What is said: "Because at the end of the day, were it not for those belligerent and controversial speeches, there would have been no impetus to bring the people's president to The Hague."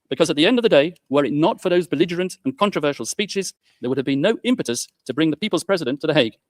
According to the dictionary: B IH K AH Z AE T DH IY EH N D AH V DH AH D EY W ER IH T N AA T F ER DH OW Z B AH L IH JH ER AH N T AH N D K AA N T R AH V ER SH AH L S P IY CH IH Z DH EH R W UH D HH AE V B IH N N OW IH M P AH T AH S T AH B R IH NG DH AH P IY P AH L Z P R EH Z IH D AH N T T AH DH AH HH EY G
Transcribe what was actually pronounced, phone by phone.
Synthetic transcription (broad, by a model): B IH K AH Z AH T DH IY EH N D AH V DH AH D EY W ER IH T N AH T F ER DH OW Z B AH L IH JH ER AH N T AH N K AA N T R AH V ER SH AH L S P IY CH IH Z DH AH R W UH D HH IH V B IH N N OW IH M P AH T AH S T AH B R IH NG DH AH P IY P AH L Z P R EH Z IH D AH N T T AH DH AH HH EY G